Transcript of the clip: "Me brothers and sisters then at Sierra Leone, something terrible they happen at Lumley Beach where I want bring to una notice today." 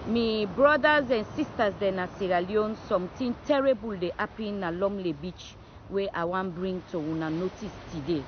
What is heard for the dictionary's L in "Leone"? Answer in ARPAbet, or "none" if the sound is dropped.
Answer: L